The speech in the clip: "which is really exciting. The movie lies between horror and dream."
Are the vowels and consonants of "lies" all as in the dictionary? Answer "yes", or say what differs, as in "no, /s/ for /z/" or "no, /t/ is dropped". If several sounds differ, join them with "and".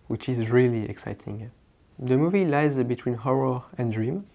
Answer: yes